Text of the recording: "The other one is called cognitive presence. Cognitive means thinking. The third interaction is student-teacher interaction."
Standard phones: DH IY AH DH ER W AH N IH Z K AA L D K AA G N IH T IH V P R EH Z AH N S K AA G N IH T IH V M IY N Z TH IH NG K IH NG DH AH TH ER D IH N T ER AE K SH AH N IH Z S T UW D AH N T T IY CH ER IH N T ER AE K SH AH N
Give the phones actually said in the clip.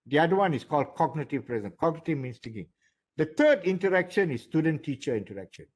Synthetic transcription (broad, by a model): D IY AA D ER W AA N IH S K AA L D K AA G N IH T IH V P R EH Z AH N K AA G N IH T IH V M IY N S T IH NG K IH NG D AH T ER D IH N T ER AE K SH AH N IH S T UW D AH N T T IY CH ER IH N T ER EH K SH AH N